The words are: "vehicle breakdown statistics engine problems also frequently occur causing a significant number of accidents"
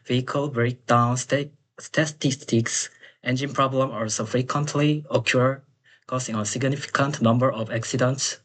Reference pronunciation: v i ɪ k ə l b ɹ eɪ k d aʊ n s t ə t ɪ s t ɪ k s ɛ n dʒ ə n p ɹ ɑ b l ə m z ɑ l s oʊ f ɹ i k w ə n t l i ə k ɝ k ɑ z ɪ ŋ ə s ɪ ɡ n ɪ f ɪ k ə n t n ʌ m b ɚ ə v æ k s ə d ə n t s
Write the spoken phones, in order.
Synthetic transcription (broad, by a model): v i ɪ k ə l b ɹ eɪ k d aʊ n s t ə t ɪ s t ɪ k s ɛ n dʒ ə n p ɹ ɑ b l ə m ɑ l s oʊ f ɹ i k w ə n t l i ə k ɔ k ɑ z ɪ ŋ ə s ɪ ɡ n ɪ f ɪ k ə n t n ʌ m b ɚ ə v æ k s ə d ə n t s